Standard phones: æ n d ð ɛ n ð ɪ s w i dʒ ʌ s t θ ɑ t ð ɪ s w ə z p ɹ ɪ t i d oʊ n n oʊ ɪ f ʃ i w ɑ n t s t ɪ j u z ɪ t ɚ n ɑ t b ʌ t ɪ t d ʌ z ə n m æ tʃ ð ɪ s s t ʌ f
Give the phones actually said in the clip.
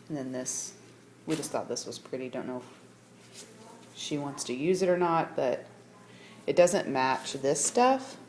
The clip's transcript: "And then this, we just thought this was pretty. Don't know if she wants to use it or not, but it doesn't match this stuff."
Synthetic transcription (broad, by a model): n ð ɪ n ð ɪ s w i dʒ ʌ s t θ ɑ t ð ɪ s w ə z p ɹ ɪ t i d oʊ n n oʊ ɪ f ʃ i w ɑ n t s t ɪ j u z ɪ t ɚ n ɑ t b ʌ t ɪ t d ʌ z ə n m æ tʃ ð ɪ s s t ʌ f